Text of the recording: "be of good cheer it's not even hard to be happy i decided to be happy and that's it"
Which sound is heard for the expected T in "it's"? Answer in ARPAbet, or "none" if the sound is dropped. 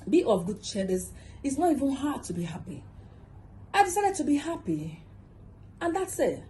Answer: S